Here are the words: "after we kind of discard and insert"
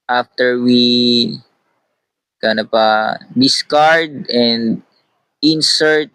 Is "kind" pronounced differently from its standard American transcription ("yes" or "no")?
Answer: yes